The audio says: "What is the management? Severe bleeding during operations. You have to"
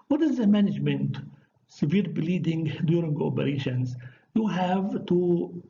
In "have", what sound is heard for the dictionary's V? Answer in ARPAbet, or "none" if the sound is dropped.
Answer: V